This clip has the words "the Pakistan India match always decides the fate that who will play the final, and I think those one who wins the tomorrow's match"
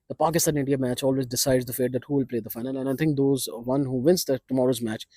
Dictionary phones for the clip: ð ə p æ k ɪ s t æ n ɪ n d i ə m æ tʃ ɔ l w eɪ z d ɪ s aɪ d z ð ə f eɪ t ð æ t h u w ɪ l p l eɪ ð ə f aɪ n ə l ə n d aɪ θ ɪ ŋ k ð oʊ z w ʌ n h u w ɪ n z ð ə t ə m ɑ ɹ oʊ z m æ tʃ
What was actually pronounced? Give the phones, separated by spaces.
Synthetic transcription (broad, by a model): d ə p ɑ k ɪ s t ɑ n ɪ n d i ə m æ tʃ ɔ l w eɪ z d ɪ s aɪ d z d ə f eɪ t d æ t h u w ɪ l p l eɪ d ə f aɪ n ə l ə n aɪ t ɪ ŋ k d oʊ z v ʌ n h u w ɪ n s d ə t ə m ɑ ɹ oʊ z m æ tʃ